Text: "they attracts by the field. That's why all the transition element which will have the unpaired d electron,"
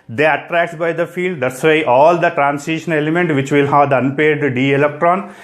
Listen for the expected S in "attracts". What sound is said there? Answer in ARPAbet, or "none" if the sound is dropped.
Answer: none